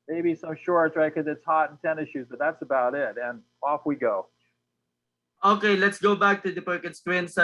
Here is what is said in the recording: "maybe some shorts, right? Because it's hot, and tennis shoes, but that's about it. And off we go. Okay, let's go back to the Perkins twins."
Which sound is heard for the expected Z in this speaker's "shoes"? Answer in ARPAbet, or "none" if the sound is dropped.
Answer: Z